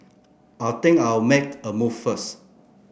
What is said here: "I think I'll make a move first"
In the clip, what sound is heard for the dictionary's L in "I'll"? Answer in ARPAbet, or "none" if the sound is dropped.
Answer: W